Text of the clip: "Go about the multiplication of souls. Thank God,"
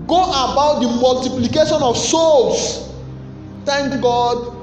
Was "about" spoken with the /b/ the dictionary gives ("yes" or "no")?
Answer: yes